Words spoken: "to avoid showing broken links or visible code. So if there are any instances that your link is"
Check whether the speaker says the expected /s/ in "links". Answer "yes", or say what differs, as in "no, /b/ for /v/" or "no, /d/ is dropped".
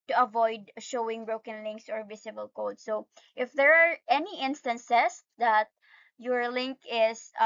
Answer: yes